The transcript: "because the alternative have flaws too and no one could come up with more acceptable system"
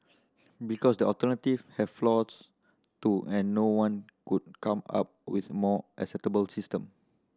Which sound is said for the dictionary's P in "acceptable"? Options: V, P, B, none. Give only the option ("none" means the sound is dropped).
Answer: none